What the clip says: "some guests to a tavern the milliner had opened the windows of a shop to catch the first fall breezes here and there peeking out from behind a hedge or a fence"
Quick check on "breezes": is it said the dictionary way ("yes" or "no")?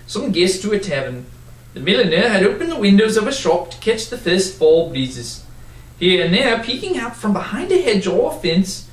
no